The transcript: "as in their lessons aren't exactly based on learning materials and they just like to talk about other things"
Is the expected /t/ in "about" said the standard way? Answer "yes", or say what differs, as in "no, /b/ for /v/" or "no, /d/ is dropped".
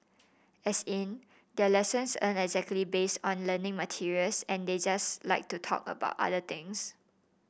yes